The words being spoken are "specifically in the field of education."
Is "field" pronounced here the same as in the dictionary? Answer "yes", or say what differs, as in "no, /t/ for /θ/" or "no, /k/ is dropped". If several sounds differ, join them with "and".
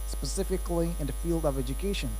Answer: yes